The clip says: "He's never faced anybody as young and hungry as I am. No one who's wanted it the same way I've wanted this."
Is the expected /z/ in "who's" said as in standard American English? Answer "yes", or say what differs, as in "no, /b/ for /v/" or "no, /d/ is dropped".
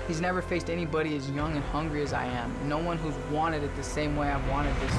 yes